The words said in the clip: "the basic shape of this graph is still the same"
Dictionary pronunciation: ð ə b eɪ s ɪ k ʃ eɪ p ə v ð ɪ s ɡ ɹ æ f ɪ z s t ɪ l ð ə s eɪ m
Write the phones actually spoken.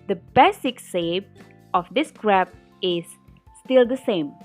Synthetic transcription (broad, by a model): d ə b eɪ s ɪ k s eɪ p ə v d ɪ s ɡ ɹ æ p ɪ z s t ɪ l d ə s eɪ m